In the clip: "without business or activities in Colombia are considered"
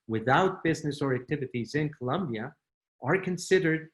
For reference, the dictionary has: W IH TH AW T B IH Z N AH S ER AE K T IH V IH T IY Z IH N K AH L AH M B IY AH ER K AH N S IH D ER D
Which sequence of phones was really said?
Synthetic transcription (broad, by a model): W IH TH AW T B IH Z N AH S ER AE K T IH V IH T IY Z IH N K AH L AH M B IY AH ER K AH N S IH D ER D